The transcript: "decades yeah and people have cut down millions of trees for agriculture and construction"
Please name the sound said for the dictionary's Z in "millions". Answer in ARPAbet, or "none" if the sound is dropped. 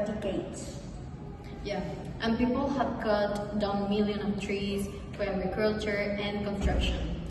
none